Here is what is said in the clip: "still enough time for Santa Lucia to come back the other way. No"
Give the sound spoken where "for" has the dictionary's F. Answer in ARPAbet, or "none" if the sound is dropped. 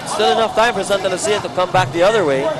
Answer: P